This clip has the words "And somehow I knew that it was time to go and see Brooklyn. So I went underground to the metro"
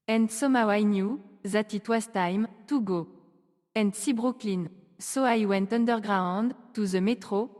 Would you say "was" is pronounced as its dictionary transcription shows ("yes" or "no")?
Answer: no